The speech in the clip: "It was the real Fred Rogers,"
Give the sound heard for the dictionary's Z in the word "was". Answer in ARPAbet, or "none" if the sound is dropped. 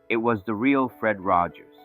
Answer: Z